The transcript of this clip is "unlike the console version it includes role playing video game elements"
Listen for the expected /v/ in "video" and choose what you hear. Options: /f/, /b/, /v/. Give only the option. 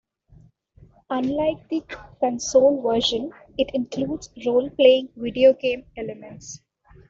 /v/